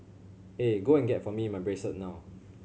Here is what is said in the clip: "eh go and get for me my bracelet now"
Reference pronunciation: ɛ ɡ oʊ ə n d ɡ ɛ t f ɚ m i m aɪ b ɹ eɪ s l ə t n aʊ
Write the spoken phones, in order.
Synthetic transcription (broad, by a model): ɛ ɡ oʊ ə n ɡ ɛ t f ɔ m i m aɪ b ɹ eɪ s ə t n aʊ